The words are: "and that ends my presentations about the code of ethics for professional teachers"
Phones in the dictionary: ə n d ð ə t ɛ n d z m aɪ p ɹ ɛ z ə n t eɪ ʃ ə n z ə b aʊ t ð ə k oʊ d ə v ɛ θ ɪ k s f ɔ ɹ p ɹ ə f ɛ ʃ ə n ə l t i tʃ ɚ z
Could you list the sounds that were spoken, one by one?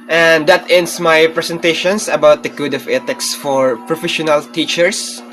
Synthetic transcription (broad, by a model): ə n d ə t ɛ n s m aɪ p ɹ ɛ s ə n t eɪ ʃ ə n s ə b aʊ t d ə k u d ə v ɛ t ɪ k s f ɔ ɹ p ɹ ə f ɛ ʃ ə n ə l t i tʃ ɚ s